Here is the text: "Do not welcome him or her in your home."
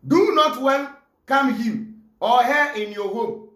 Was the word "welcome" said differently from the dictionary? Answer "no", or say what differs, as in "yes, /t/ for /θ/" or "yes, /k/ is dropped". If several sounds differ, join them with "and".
yes, /n/ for /l/